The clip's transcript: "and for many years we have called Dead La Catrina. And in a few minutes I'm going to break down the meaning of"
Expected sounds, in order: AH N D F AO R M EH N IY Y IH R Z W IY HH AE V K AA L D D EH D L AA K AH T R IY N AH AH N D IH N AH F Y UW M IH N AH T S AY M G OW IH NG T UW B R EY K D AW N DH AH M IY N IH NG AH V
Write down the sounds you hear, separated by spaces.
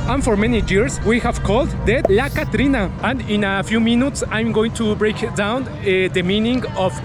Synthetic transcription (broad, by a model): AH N F AO R M EH N IY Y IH R S W IY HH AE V K AA L D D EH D L AA K AH T R IY N AH AH N D IH N AH F Y UW M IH N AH T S AY M G OW IH NG T UW B R EY K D AW N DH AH M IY N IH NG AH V